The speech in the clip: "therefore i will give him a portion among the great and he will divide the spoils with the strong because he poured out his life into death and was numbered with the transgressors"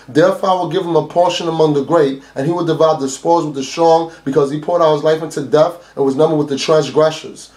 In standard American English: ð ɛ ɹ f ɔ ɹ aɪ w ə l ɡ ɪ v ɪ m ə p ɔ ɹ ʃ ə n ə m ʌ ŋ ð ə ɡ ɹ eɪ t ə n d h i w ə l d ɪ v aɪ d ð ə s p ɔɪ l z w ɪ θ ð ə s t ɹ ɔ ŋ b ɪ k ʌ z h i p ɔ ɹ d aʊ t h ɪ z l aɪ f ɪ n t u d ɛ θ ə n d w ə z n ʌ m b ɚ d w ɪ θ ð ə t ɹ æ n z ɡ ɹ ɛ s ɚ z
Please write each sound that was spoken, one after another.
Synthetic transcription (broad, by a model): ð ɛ ɹ f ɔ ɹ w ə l ɡ ɪ v ɪ m ə p ɔ ɹ ʃ ə n ə m ʌ ŋ ð ə ɡ ɹ eɪ t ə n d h i w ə d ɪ v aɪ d ð ə s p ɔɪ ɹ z w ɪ ð ə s t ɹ ɔ ŋ b ɪ k ʌ z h i p ɔ ɹ d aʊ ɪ z l aɪ f ɪ n t u d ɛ f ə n w ə z n ʌ m b ɚ d w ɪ ð ə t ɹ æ n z ɡ ɹ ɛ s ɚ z